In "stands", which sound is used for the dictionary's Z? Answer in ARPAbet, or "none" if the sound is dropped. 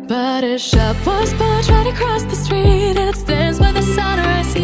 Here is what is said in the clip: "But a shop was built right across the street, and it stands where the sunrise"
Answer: Z